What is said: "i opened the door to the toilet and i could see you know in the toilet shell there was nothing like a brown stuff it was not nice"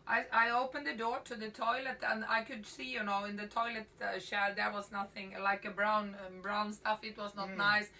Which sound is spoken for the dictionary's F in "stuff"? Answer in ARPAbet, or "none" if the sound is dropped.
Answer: F